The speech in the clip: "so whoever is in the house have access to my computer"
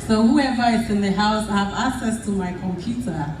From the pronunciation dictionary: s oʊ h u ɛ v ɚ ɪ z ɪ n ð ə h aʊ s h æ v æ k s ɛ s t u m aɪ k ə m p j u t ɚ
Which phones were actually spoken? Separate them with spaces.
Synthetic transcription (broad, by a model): s oʊ h u ɛ v ɚ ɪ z ɪ n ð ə h aʊ s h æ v æ k s ɛ s t u m aɪ k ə m p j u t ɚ